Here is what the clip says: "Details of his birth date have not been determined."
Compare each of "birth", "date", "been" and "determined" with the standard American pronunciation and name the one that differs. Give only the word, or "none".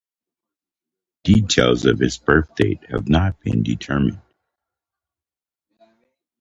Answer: none